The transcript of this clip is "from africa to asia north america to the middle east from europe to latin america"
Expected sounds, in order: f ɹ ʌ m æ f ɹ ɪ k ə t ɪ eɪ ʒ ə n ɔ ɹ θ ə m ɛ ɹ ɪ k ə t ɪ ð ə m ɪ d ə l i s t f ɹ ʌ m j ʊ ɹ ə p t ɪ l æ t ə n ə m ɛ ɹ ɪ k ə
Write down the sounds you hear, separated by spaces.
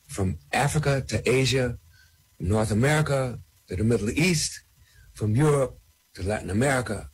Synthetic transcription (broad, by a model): f ɹ ʌ m æ f ɹ ɪ k ə t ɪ eɪ ʒ ə n ɔ ɹ θ ə m ɛ ɹ ɪ k ə t ɪ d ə m ɪ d l i s t f ɹ ʌ m j ʊ ɹ ə p t ɪ l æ t n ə m ɛ ɹ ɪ k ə